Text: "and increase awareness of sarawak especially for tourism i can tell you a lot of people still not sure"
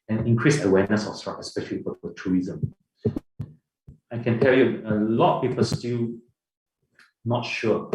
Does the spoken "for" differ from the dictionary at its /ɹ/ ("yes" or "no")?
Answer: yes